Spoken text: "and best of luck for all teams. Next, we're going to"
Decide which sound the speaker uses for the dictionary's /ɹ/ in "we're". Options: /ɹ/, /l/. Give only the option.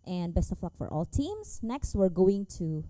/ɹ/